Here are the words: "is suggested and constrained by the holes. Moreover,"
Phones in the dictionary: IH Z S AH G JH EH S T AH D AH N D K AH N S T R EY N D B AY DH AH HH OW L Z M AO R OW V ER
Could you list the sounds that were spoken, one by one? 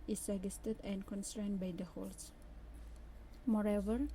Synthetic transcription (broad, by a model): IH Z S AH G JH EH S T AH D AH N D K AH N S T R EY N D B AY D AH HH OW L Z M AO R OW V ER